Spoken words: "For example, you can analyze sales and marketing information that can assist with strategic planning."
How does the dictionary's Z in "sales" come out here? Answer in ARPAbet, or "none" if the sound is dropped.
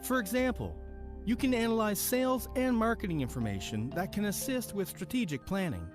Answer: Z